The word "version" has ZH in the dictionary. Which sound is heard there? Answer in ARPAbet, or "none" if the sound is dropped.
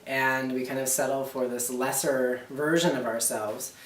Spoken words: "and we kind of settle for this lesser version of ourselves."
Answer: ZH